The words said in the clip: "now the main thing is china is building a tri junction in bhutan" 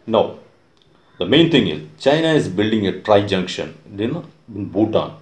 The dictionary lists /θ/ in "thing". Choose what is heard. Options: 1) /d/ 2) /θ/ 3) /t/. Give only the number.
3